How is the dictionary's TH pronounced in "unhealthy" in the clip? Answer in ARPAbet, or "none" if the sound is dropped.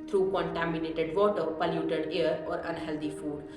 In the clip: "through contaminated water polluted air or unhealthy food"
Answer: T